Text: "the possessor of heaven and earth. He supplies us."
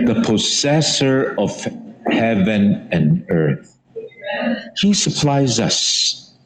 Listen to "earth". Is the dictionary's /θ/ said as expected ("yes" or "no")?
yes